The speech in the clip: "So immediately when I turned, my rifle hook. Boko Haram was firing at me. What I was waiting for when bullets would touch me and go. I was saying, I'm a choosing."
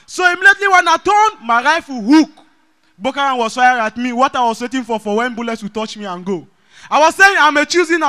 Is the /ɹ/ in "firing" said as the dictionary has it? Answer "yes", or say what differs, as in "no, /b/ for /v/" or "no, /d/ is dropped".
no, /ɹ/ is dropped